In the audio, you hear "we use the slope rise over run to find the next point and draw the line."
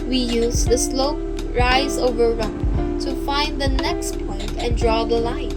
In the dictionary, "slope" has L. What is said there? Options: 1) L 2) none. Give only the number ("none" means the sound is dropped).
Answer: 1